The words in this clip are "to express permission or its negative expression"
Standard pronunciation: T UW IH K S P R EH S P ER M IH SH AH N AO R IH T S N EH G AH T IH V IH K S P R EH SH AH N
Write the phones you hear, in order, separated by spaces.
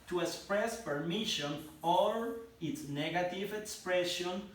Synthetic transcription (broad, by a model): T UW IH K S P R EH S P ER M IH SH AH N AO L IH T S N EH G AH T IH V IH K S P R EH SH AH N